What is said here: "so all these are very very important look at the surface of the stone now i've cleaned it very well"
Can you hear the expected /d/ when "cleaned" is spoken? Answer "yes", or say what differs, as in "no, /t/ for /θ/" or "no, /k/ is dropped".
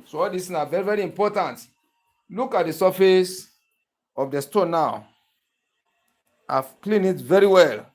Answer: no, /d/ is dropped